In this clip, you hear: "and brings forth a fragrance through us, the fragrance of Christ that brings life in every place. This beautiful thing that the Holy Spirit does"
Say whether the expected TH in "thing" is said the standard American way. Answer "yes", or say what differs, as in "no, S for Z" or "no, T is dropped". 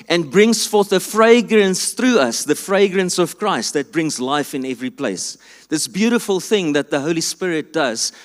yes